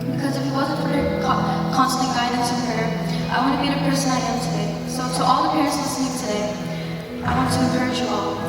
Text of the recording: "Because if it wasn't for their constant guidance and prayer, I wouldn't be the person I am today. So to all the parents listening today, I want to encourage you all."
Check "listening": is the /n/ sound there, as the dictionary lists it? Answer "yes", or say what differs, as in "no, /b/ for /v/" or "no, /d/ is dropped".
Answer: no, /n/ is dropped